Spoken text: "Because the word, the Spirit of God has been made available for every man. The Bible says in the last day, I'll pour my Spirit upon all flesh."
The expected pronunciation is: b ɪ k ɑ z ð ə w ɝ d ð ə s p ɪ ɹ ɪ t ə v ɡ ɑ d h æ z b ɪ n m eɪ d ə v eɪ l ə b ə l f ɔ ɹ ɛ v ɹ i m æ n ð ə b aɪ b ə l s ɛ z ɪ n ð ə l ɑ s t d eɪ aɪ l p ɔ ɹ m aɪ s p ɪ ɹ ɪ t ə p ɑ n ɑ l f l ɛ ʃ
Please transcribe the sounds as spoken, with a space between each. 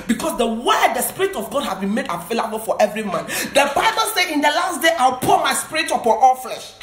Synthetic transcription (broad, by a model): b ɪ k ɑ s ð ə w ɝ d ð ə s p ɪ ɹ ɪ t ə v ɡ ɑ d h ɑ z b ɪ n m eɪ d ə v eɪ l ə b ə l f ɔ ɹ ɛ v ɹ i m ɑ n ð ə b aɪ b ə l s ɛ ɪ n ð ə l ɑ s t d eɪ aɪ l p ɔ m aɪ s p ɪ ɹ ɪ t ə p ɑ n ɑ l f l ɛ ʃ